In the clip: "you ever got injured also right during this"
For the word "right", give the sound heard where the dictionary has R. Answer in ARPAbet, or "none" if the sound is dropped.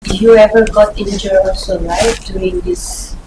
L